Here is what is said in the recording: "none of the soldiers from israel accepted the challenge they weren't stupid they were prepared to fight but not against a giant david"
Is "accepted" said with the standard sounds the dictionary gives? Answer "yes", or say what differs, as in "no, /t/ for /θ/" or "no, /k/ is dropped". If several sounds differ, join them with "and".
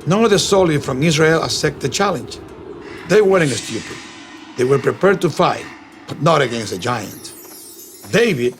no, /k/ is dropped